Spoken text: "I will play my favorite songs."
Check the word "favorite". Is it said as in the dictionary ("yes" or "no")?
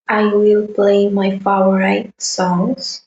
no